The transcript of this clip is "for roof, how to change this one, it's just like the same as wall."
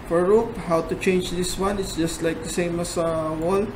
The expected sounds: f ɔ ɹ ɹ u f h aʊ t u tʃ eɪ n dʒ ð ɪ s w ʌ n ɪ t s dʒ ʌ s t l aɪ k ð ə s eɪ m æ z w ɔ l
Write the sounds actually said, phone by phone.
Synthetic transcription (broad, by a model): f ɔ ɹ ɹ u p h aʊ t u tʃ eɪ n dʒ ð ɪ s w ʌ n ɪ t s dʒ ʌ s t l aɪ k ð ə s eɪ m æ s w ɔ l